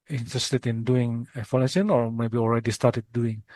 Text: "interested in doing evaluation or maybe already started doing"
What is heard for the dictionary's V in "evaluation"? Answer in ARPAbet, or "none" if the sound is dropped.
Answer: F